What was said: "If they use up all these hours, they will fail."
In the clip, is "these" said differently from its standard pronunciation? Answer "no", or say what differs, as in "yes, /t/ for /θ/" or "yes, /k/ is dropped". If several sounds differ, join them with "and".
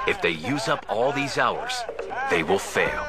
no